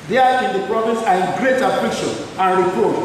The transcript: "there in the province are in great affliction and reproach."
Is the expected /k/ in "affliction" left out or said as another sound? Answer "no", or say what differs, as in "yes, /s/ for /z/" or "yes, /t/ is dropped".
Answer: yes, /k/ is dropped